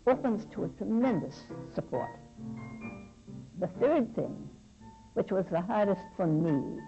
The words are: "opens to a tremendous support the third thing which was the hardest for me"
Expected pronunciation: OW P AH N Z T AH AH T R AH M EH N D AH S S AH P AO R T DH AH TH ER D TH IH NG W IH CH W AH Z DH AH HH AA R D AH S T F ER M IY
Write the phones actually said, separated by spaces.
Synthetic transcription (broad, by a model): OW P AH N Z T AH AH T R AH M EH N D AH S S AH P AO R T DH AH TH ER D TH IH NG W IH CH W AH Z DH AH HH AA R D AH S T F ER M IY